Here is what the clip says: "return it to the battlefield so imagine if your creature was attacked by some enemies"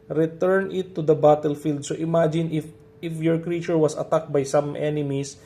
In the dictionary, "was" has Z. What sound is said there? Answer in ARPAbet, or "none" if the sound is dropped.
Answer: S